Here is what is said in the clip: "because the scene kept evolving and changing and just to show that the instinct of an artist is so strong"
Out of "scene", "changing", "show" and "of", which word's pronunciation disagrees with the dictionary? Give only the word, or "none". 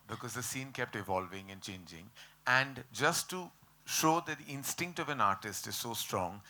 none